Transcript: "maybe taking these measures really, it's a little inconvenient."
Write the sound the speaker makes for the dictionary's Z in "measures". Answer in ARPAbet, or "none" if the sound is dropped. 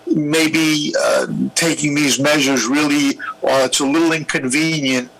Z